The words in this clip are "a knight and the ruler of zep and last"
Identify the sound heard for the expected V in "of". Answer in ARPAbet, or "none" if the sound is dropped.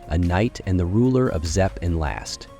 V